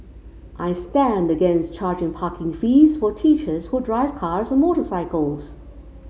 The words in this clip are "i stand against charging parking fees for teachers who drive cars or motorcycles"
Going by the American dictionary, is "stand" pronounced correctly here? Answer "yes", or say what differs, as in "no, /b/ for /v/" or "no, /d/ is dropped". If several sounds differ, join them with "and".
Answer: yes